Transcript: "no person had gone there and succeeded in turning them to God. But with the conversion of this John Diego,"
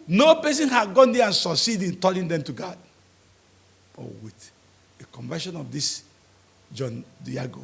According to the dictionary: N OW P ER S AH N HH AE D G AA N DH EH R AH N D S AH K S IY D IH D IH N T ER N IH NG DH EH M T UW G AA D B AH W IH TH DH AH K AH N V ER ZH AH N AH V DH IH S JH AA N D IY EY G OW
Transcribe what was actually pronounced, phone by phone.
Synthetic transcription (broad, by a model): N OW P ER S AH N HH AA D G AA N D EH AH N S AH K S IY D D IH N T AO L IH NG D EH M T UW G AA D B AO W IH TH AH K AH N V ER SH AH N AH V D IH S JH AA N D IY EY G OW